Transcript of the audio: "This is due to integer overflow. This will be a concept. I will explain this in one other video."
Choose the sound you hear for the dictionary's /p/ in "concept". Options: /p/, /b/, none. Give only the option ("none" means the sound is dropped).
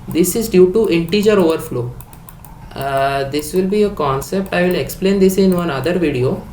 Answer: /p/